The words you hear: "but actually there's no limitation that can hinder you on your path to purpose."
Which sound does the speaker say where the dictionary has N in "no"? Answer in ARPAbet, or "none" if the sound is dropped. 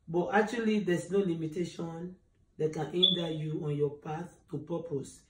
N